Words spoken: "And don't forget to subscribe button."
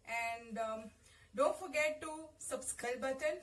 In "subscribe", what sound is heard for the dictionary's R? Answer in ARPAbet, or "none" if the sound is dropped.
none